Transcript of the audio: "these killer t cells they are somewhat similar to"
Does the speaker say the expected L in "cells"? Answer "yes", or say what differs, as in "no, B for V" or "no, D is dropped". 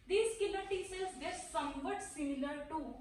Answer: no, L is dropped